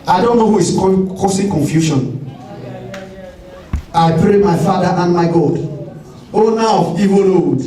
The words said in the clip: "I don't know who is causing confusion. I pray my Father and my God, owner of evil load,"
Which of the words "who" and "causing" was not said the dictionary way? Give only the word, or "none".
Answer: causing